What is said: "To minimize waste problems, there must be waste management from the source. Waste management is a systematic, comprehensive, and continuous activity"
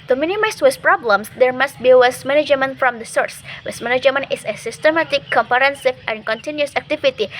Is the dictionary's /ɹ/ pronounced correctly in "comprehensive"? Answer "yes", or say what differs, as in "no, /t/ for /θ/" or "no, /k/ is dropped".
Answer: no, /ɹ/ is dropped